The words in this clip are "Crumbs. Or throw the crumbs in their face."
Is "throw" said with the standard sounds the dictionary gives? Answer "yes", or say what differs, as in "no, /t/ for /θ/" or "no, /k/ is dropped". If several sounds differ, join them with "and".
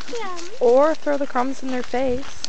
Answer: yes